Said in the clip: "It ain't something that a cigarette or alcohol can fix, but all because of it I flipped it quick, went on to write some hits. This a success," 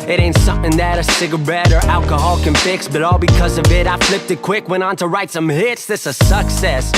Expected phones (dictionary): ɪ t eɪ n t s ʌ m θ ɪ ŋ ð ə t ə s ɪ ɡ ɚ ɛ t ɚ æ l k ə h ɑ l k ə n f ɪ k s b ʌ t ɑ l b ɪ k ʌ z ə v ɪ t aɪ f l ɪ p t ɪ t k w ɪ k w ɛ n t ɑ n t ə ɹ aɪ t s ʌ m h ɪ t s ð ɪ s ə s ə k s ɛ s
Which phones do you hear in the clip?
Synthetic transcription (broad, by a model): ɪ t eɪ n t s ʌ m θ ɪ ŋ ð ə t ə s ɪ ɡ ɚ ɛ t ɚ æ l k ə h ɑ l k ə n f ɪ k s b ʌ t ɑ l b ɪ k ʌ z ə v ɪ t aɪ f l ɪ p t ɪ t k w ɪ k w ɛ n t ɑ n t ə ɹ aɪ t s ʌ m h ɪ t s ð ɪ s ə s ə k s ɛ s